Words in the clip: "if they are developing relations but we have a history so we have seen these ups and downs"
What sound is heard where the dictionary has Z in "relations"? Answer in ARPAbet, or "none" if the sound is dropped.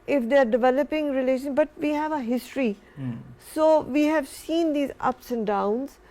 none